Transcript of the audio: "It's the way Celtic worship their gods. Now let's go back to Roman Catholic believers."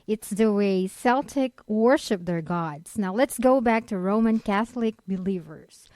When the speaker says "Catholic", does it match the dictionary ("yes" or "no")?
yes